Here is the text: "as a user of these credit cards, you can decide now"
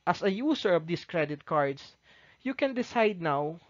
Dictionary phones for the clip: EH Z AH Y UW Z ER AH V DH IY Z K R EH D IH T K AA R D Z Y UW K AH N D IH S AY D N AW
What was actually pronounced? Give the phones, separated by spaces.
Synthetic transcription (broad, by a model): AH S AH Y UW S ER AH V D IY S K R EH D IH T K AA R D S Y UW K AH N D IH S AY D N AW